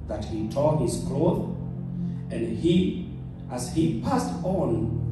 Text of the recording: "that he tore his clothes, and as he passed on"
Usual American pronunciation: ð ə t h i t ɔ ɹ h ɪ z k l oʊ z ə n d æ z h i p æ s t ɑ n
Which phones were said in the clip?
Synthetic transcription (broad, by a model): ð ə t h i t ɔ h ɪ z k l oʊ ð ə n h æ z h i p æ s t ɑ n